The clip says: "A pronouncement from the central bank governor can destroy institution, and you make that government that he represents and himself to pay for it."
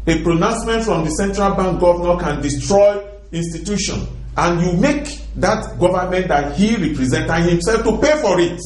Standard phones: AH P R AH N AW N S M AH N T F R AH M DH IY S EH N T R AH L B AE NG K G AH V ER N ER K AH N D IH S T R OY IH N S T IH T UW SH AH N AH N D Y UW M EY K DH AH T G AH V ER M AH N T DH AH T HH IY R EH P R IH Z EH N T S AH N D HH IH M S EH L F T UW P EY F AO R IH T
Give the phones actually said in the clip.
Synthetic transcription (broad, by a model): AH P R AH N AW N S M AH N T F R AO M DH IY S EH N T R AH L B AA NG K G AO V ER N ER K AH N D IH S T R OY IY N S T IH T UW SH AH N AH N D Y UW M EY K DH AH T G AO V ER M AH N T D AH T HH IY R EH P R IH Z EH N T AH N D HH IH M S EH L F T UW P EY F AO R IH T